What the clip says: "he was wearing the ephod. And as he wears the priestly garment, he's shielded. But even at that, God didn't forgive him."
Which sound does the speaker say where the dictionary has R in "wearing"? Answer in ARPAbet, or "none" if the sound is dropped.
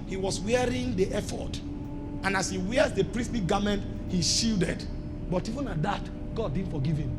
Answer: R